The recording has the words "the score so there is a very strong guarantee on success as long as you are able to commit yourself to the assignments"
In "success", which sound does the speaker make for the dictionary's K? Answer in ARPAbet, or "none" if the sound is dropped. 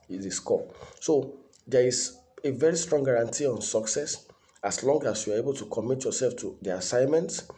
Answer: K